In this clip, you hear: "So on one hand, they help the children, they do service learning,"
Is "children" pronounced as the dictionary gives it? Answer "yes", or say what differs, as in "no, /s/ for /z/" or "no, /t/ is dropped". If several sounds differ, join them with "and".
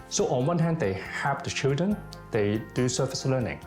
yes